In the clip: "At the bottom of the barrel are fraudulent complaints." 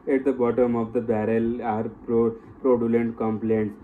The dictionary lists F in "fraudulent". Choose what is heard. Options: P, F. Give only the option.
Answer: P